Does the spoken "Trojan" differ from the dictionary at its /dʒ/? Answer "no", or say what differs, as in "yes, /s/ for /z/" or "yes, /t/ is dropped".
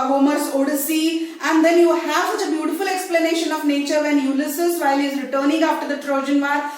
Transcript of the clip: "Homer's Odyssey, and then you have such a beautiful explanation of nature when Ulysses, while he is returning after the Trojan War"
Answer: no